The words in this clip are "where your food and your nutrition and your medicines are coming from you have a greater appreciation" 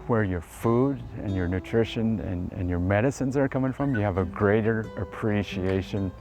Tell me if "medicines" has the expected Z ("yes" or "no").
yes